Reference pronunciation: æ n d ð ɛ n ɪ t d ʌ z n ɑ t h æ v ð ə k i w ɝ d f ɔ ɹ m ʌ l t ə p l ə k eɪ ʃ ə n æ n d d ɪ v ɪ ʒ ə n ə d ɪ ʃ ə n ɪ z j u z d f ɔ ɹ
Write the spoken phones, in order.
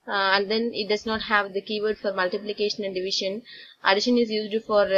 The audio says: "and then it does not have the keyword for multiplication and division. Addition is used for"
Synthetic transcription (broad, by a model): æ n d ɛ n ɪ t d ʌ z n ɑ t h æ v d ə k i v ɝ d f ɔ ɹ m ʌ l t ə p l ə k eɪ ʃ ə n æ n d d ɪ v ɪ ʃ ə n ə d ɪ ʃ ə n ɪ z j u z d f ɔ ɹ